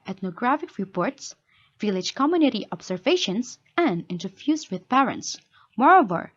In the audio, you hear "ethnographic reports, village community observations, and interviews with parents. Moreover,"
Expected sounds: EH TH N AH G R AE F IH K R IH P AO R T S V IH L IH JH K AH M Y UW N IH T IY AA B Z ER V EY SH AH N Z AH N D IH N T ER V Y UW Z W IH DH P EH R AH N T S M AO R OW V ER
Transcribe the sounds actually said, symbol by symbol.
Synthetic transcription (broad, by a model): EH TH N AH G R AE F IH K R IH P AO R T S V IH L IH JH K AH M Y UW N IH T IY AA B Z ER V EY SH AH N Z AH N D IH N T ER F Y UW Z W IH DH P EH R AH N T S M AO R OW V ER